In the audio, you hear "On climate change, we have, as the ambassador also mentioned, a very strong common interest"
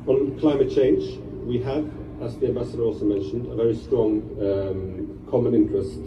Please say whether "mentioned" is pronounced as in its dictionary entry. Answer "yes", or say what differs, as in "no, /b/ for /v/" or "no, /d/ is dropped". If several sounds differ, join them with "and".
yes